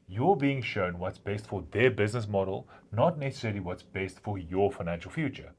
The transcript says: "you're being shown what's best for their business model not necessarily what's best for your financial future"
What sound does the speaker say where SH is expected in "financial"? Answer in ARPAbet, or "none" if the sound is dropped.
SH